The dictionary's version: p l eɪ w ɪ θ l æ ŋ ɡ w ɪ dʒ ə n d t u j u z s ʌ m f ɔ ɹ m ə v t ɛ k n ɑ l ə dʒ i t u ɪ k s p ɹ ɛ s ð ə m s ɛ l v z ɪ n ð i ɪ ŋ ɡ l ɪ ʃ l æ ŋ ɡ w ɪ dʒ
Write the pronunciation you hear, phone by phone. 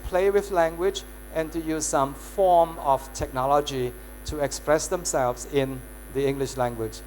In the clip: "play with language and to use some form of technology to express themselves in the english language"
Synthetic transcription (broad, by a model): p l eɪ w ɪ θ l æ ŋ ɡ w ɪ dʒ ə n t u j u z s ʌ m f ɔ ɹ m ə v t ɛ k n ɑ l ə dʒ i t u ɪ k s p ɹ ɛ s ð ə m s ɛ l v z ɪ n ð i ɪ ŋ ɡ l ɪ ʃ l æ ŋ ɡ w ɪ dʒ